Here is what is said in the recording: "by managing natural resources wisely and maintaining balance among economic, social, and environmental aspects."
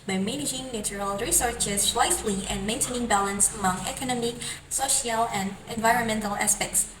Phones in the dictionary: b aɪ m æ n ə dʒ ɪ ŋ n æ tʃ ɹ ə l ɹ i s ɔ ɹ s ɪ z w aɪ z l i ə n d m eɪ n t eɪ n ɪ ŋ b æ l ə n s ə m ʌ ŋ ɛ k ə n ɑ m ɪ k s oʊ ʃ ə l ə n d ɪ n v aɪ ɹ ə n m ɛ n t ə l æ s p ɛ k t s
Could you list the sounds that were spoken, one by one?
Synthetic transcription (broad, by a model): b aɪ m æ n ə dʒ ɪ ŋ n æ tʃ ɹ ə l ɹ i s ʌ ɹ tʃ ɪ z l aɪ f l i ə n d m eɪ n t eɪ n ɪ ŋ b æ l ə n s ə m ʌ ŋ ɛ k ə n ɑ m ɪ k s oʊ ʃ ə l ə n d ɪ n v aɪ ɹ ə n m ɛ n t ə l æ s p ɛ k t s